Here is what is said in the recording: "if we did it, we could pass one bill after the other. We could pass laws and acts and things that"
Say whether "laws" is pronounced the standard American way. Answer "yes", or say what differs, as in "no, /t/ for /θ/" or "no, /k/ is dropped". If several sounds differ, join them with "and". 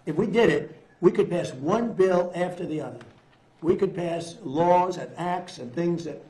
yes